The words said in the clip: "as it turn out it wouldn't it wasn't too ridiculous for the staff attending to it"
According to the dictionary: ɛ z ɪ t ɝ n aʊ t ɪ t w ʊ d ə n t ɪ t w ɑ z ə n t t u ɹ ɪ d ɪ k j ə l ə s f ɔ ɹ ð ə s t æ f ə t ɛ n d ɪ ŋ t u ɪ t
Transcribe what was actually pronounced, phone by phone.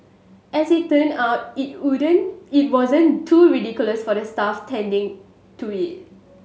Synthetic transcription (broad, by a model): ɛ s ɪ t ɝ n aʊ t ɪ t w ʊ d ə n ɪ t w ɑ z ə n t t u ɹ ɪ d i k j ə l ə s f ɔ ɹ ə s t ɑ f t ɛ n d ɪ ŋ t u ɪ t